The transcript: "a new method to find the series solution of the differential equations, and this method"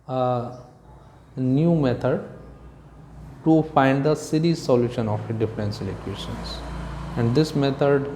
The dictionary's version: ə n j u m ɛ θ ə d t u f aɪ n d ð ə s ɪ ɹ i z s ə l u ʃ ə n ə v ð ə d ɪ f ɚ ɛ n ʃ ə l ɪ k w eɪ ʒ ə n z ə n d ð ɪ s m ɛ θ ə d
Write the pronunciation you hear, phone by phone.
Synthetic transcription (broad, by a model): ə n j u m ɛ t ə d t u f aɪ n d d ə s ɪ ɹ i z s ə l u ʃ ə n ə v d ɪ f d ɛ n s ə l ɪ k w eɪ ʃ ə n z ə n d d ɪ s m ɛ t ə d